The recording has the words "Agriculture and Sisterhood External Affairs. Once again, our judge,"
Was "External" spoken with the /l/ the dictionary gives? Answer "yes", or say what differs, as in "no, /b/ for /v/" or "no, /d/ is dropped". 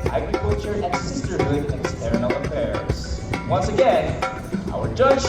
no, /n/ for /l/